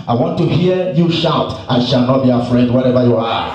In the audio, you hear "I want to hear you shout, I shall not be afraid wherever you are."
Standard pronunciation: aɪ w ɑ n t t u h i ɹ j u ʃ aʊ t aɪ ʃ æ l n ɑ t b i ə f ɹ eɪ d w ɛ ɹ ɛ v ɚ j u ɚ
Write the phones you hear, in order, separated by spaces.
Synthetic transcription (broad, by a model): aɪ w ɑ n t t u h i j u ʃ aʊ t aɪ ʃ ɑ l n ɑ t b i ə f ɹ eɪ d w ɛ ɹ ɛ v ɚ j u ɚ